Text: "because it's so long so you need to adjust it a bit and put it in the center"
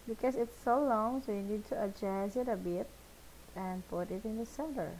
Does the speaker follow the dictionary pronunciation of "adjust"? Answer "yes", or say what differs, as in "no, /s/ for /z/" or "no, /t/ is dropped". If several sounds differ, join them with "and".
no, /t/ is dropped